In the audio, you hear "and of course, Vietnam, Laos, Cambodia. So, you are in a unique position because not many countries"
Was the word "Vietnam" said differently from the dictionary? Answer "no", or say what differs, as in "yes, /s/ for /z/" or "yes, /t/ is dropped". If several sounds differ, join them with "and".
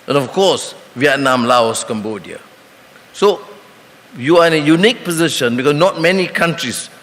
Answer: no